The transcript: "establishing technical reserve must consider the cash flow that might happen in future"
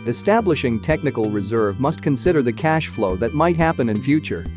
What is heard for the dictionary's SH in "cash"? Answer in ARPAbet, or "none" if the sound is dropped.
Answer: SH